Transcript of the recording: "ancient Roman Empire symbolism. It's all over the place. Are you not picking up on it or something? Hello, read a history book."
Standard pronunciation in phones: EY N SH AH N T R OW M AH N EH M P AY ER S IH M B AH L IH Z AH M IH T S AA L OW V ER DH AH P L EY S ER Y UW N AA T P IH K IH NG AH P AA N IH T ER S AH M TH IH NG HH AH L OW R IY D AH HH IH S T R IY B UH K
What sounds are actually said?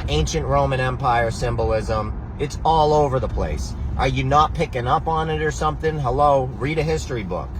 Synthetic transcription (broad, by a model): EY N SH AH N T R OW M AH N EH M P AY ER S IH M B AH L IH Z AH M IH T S AA L OW V ER DH AH P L EY S ER Y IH N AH T P IH K IH NG AH P N IH T ER S AH M TH IH NG HH AH L OW R IY D AH HH IH S T R IY B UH K